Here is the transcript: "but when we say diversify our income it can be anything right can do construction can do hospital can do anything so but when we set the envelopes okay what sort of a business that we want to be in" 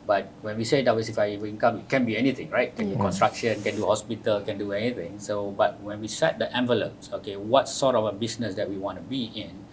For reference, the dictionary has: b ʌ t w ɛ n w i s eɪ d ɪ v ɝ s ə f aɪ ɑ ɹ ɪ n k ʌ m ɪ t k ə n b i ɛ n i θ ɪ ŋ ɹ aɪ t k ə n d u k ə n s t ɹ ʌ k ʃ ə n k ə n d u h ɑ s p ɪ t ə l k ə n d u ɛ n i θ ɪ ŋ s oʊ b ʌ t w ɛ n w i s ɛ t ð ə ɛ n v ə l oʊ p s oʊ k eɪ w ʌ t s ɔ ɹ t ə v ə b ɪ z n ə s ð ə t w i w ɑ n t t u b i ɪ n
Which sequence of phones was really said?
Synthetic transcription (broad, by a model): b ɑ t w ɛ n w i s eɪ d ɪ w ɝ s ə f aɪ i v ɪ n k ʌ m ɪ t k ə n b i ɛ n i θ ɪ ŋ ɹ aɪ t k ə n d u k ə n s t ɹ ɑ k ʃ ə n k ə n d u h ɑ s p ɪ t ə l k ə n d u ɛ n i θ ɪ ŋ s oʊ b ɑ t w ɛ n w i s ɛ t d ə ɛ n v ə l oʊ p s oʊ k eɪ w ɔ t s ɔ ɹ t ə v ə b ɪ s n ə s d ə t w i w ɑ n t t u b i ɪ n